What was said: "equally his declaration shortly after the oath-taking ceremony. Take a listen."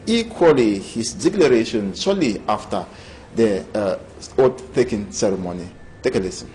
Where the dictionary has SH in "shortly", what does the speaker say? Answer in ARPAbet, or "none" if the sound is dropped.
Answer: S